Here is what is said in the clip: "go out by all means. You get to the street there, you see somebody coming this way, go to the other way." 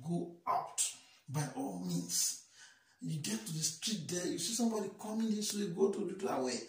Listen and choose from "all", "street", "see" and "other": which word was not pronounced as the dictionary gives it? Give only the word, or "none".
other